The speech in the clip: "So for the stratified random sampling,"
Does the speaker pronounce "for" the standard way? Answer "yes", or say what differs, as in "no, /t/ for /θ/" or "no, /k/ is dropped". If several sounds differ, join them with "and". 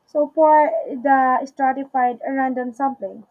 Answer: no, /p/ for /f/